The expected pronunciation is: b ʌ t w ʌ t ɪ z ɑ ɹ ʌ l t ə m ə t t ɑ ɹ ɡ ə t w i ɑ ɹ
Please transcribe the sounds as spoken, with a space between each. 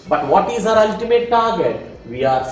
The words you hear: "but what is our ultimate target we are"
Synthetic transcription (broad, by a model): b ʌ t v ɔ t ɪ z ɑ ɹ ʌ l t ə m ə t t ɑ ɹ ɡ ə t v i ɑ ɹ